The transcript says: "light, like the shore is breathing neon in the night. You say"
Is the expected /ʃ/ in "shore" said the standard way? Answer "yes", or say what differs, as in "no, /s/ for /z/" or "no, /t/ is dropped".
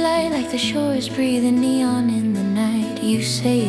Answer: yes